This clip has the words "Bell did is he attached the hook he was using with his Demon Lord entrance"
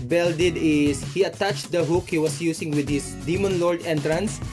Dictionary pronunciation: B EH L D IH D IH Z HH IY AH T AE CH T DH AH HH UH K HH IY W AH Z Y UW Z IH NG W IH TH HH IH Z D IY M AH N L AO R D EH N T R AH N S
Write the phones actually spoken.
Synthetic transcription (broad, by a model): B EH L D IH D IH S HH IY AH T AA CH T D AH HH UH K HH IY W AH S Y UW S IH NG W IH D HH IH S D IY M AH N L AO R D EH N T R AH N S